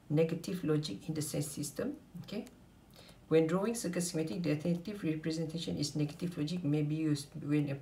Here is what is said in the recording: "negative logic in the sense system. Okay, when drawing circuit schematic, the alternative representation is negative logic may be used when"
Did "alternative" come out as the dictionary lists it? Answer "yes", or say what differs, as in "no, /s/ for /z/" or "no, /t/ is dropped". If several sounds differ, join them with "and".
no, /l/ is dropped